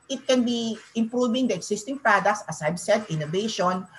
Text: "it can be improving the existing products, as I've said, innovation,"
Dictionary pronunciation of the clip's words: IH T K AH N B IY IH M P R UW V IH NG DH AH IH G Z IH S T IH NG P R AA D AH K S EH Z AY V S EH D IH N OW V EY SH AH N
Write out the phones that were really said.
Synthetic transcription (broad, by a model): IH T K AH N B IY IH M P R UW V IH NG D AH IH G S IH S T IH NG P R AA D AH K S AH S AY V S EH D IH N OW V EY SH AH N